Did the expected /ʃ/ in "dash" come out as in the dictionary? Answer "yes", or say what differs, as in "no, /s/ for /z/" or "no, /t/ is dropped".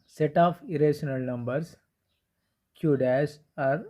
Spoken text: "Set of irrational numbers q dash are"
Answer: no, /s/ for /ʃ/